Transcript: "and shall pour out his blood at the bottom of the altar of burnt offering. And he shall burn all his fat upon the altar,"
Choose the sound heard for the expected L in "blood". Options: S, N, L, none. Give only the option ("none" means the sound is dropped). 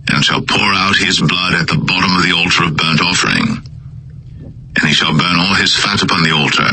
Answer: L